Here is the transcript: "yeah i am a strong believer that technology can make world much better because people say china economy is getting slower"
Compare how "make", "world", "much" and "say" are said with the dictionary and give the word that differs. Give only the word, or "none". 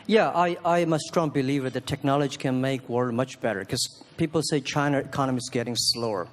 world